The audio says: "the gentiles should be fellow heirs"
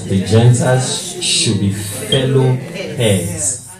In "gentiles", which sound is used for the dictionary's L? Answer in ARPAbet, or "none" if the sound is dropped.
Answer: none